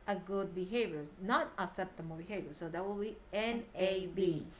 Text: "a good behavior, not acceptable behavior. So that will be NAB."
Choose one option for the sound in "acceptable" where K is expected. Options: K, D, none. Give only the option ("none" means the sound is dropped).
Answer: none